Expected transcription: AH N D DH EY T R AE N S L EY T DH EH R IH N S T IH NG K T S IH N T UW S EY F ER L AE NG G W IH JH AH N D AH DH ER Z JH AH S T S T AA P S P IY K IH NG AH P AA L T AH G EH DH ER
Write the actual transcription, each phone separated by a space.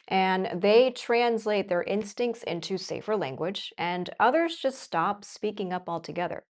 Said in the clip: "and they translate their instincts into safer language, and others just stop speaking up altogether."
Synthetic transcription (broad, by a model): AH N DH EY T R AE N S L EY T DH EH R IH N S T IH NG K T S IH N T UW S EY F ER L AE NG G W IH JH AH N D AH DH ER Z JH AH S T S T AA P S P IY K IH NG AH P AA L T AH G EH DH ER